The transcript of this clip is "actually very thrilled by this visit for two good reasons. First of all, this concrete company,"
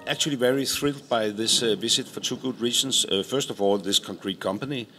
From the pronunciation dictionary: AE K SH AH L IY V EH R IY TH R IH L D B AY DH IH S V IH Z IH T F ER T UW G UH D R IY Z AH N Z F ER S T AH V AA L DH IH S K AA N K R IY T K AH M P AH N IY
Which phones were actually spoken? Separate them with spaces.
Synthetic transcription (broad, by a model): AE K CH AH L IY V EH R IY TH R IH L D B AY DH IH S V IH S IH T F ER T UW G UH D R IY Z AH N S F ER S T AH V AA L DH IH S K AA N K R IY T K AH M P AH N IY